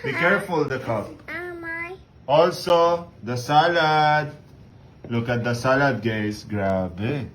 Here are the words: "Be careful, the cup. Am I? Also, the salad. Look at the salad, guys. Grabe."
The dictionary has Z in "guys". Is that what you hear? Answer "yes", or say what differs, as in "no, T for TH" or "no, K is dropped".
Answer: no, S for Z